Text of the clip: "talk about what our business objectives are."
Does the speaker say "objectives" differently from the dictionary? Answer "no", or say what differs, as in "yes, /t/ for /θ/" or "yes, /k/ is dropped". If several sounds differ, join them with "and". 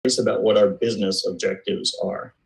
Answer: no